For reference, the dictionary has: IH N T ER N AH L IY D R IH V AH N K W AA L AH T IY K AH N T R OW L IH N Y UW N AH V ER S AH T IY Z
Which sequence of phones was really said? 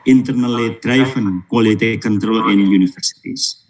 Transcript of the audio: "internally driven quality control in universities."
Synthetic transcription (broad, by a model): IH N T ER N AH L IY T R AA F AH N K W AA L AH T IY K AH N T R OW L IH N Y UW N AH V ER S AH T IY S